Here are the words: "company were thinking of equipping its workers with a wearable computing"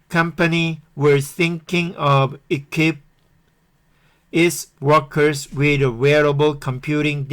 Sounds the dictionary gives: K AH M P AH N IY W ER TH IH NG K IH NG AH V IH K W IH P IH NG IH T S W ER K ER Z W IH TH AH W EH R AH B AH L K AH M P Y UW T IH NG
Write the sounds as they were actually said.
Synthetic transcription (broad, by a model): K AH M P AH N IY W ER TH IH NG K IH NG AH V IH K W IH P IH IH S W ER K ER S W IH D AH W EH R AH B AH L K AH M P Y UW T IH NG